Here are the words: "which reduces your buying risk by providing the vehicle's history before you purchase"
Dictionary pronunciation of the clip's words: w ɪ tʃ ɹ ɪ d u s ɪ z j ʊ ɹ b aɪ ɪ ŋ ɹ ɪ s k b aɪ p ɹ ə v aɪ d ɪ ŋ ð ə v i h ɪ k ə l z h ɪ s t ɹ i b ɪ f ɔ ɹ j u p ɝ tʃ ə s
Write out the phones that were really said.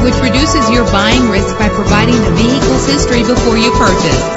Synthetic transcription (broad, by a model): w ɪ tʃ ɹ ɪ d u s ɪ z j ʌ ɹ b aɪ ɪ ŋ ɹ ɪ s k b aɪ p ɹ ə v aɪ d ɪ ŋ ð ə v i h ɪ k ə l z h ɪ s t ɹ i b ɪ f ɔ ɹ j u p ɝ tʃ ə s